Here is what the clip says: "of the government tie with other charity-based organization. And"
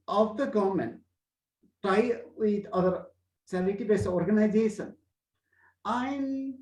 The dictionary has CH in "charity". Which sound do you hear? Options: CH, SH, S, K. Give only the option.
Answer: S